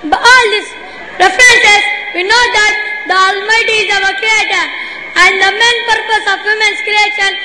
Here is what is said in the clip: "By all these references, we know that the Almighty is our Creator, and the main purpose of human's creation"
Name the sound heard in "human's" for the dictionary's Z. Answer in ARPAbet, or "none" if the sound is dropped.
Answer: S